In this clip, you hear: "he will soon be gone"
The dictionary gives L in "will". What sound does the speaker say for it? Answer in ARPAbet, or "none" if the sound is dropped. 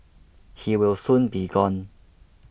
W